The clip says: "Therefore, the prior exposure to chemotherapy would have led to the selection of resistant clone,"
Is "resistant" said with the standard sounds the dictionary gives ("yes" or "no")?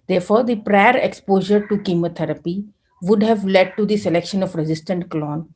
yes